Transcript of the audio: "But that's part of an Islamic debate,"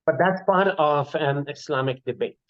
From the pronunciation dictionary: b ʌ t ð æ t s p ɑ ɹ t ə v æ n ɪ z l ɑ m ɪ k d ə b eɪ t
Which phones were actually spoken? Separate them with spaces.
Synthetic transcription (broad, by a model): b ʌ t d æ t s p ɑ ɹ t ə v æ n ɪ s l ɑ m ɪ k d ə b eɪ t